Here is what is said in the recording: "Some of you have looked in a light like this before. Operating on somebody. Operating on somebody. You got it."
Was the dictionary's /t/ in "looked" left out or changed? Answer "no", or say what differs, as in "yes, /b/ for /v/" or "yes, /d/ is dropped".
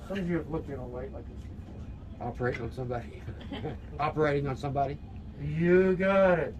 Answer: yes, /t/ is dropped